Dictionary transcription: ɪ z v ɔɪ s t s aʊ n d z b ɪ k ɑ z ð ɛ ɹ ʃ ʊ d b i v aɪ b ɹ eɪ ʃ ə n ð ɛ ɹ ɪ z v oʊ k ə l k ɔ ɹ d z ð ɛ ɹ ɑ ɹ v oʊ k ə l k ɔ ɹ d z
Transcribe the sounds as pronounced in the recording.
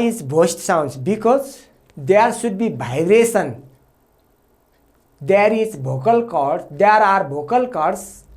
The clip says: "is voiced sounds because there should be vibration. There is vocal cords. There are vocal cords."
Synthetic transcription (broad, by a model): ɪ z b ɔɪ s t s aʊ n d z b ɪ k ɑ z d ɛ ɹ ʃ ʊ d b i b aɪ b ɹ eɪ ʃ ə n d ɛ ɹ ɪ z b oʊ k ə l k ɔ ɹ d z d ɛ ɹ ɑ ɹ b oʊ k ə l k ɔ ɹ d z